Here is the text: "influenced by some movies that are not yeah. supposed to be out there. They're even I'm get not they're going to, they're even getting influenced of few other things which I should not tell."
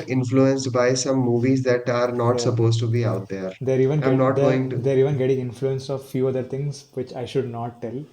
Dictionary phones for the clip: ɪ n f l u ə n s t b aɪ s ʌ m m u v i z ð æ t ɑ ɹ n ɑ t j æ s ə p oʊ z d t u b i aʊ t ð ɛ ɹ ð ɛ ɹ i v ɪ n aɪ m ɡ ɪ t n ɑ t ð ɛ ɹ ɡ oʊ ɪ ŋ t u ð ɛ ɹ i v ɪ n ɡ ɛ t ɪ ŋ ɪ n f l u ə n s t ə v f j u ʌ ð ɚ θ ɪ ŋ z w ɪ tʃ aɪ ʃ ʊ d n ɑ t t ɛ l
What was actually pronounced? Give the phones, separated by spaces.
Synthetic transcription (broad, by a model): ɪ n f l u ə n s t b aɪ s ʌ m m u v i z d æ t ɑ ɹ n ɑ t s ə p oʊ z t u b i aʊ t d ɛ ɹ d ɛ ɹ i v ɪ n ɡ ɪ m n ɑ t ɡ oʊ ɪ ŋ t u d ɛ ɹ i v ɪ n ɡ ɛ t ɪ ŋ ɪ n f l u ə n s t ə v f j u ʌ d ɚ t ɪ ŋ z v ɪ tʃ aɪ ʃ ʊ d n ɑ t t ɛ l